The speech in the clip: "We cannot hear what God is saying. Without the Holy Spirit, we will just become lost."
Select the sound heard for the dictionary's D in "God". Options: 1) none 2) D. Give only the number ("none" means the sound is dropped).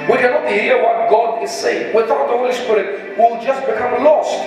2